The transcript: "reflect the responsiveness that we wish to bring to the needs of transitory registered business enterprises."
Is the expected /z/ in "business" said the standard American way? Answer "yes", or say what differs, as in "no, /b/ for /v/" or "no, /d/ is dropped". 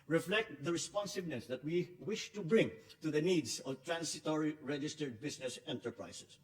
no, /s/ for /z/